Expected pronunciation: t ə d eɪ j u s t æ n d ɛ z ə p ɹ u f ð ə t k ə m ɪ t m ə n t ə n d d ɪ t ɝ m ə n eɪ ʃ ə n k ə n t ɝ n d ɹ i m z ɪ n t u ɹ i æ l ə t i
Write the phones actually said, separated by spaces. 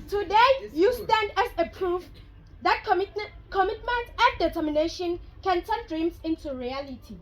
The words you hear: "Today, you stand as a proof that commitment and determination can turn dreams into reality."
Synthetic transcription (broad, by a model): t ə d eɪ j u s t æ n d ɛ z ə p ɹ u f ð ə t k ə m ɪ t m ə n t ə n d d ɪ t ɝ m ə n eɪ ʃ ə n k ə n t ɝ n d ɹ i m s ɪ n t u ɹ i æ l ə t i